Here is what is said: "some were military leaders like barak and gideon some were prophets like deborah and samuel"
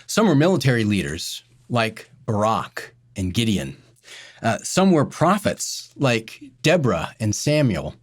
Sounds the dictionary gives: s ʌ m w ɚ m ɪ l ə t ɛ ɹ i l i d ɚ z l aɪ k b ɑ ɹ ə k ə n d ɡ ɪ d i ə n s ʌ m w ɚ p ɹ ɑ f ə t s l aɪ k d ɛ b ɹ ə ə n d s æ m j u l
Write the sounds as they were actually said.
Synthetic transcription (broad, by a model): s ʌ m w ɚ m ɪ l ə t ɛ ɹ i l i d ɚ z l aɪ k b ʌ ɹ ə k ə n ɡ ɪ d i ə n s ʌ m w ɚ p ɹ ɑ f ə t s l aɪ k d ɛ b ɹ ə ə n s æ m j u l